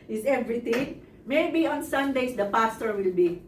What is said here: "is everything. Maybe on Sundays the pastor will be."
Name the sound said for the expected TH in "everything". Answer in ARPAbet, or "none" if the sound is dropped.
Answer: T